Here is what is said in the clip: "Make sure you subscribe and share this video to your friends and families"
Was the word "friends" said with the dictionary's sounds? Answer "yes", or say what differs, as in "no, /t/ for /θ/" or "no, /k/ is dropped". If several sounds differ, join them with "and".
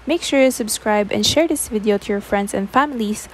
no, /s/ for /z/